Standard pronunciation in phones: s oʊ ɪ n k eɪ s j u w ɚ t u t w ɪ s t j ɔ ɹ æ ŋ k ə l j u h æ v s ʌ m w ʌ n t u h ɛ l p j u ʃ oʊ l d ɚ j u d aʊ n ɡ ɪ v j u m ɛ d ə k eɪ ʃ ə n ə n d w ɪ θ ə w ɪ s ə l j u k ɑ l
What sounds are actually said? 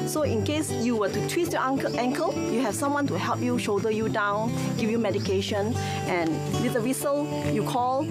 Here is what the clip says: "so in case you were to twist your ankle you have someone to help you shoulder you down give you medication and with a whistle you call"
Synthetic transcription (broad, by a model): s oʊ ɪ n k eɪ s j u w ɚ t u t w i s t j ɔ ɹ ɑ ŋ k ə l j u h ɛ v s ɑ m w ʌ n t u h ɛ l p j u ʃ oʊ d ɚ j u d aʊ n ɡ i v j u m ɛ d ə k eɪ ʃ ə n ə n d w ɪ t ə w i s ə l j u k ɑ l